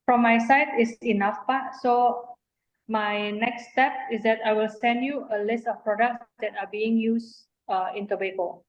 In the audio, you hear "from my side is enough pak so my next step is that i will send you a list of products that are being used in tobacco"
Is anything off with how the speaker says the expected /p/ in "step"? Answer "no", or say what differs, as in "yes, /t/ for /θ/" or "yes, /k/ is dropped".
no